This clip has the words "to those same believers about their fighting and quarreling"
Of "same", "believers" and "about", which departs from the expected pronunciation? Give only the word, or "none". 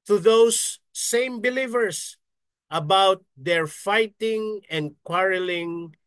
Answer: believers